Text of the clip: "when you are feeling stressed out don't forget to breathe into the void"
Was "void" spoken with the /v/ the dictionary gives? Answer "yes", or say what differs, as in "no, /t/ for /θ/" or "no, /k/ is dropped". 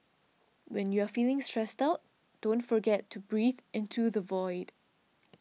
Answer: yes